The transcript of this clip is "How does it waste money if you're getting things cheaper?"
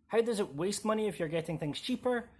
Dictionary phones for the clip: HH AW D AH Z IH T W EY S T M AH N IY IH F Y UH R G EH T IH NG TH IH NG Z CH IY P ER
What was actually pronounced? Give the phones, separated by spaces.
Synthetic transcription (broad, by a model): HH AW D AH Z IH T W EY S T M AH N IY IH F Y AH R G EH T IH NG TH IH NG Z CH IY P ER